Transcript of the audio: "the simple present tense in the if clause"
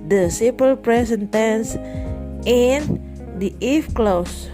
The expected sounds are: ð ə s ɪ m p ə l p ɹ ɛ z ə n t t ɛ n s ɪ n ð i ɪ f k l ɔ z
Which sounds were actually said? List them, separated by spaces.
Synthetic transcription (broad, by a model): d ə s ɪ p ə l p ɹ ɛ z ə n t t ɛ n s ɪ n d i ɪ f k l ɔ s